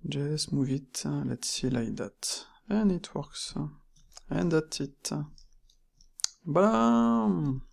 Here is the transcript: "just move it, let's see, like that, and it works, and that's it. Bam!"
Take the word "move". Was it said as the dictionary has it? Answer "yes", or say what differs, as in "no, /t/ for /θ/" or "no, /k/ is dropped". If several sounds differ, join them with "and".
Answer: yes